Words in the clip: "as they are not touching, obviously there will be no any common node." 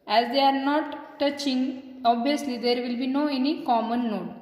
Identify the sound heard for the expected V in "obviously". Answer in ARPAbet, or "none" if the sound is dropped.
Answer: none